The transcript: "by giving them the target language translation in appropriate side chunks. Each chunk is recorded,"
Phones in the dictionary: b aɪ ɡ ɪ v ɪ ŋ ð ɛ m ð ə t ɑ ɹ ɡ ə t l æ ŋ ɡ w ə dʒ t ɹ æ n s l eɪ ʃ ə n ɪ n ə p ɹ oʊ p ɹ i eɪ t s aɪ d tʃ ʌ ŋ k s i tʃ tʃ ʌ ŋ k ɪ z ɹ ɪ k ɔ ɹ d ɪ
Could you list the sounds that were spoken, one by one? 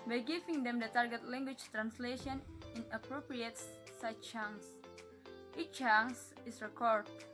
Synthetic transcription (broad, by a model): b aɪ ɡ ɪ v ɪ ŋ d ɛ m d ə t ɑ ɹ ɡ ə t l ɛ ŋ ɡ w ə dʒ t ɹ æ n s l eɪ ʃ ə n ɪ n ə p ɹ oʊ p ɹ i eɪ t s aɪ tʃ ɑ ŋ s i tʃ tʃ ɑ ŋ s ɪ s ɹ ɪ k ɔ ɹ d